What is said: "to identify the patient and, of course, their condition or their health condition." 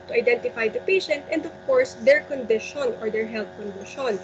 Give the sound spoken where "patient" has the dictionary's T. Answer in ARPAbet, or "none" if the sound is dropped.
T